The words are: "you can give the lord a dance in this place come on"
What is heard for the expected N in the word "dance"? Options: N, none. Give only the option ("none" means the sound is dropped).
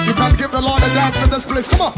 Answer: none